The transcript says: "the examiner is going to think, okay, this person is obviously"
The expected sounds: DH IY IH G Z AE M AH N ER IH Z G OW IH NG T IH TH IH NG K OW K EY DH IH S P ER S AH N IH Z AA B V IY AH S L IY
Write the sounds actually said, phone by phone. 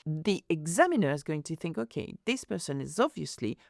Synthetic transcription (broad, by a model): DH IY IH G Z AE M AH N ER IH Z G OW IH NG T IH TH IH NG K OW K EY DH IH S P ER S AH N IH Z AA B V IY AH S L IY